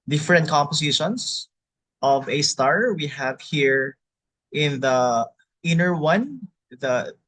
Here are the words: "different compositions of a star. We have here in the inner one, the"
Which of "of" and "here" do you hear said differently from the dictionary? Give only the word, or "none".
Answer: none